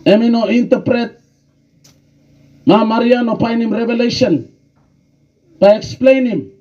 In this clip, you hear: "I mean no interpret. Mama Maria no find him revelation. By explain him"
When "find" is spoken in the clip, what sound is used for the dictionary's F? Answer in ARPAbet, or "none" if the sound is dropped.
P